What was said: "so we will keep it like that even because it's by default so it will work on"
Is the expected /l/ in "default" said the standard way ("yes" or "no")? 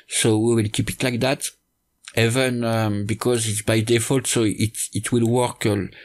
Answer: yes